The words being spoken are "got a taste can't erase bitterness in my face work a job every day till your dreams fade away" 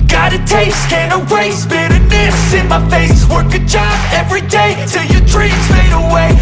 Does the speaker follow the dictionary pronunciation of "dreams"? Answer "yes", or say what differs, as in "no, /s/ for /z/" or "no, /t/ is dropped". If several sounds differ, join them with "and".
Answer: no, /m/ is dropped